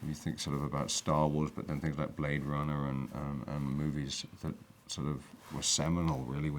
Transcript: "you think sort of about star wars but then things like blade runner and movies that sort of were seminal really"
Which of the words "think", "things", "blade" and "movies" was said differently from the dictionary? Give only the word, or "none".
none